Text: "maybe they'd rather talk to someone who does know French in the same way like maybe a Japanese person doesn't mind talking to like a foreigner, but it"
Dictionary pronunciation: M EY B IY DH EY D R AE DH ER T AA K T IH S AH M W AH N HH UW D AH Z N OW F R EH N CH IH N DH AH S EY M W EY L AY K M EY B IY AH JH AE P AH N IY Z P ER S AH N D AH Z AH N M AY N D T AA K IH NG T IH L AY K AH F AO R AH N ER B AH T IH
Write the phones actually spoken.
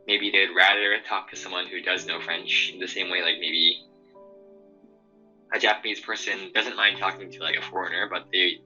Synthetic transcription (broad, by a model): M EY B IY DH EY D R AE DH ER T AA K T IH S AH M W AH N HH UW D AH Z N OW F R EH N CH IH N DH AH S EY M W EY L AY K M EY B IY AH JH AE P AH N IY Z P ER S AH N D AH Z AH N M AY N D T AA K IH NG T IH L AY K AH F AO R AH N ER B AH T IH